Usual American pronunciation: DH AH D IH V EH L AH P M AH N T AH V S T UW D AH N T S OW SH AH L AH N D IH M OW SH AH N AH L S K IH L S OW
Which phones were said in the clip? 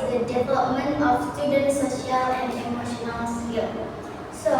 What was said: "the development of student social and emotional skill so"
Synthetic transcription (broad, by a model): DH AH D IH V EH L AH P M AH N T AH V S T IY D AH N S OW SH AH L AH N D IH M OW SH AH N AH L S IH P S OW